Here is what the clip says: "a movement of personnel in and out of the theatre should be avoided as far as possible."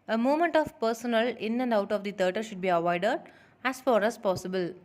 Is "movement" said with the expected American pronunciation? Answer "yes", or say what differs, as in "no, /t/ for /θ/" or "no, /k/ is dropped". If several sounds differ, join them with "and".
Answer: no, /v/ is dropped